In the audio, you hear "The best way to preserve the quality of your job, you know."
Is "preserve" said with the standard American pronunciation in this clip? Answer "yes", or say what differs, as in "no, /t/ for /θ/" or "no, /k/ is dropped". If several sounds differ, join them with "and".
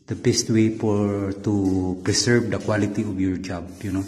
no, /s/ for /z/